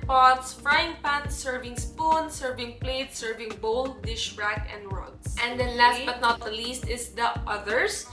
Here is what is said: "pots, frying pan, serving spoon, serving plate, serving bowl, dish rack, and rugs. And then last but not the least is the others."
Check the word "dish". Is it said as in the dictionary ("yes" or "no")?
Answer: yes